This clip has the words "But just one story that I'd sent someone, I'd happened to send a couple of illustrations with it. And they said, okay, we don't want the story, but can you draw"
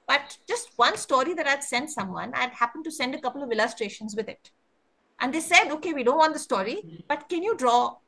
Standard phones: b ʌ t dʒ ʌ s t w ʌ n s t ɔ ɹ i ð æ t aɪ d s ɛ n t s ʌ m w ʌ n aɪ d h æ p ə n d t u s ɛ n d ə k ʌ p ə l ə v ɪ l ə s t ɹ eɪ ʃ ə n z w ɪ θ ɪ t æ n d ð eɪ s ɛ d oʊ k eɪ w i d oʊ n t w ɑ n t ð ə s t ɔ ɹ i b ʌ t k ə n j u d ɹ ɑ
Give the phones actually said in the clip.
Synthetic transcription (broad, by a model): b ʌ t dʒ ʌ s t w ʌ n s t ɔ ɹ i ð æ t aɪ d s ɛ n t s ʌ m w ʌ n aɪ d h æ p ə n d t u s ɛ n d ə k ʌ p ə l ə v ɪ l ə s t ɹ eɪ ʃ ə n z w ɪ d ɪ t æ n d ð eɪ s ɛ d oʊ k eɪ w i d oʊ n t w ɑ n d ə s t ɔ ɹ i b ʌ t k ə n j u d ɹ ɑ